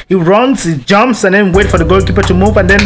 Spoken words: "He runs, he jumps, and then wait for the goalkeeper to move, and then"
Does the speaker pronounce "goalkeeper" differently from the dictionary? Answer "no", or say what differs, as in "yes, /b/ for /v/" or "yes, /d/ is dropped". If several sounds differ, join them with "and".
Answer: no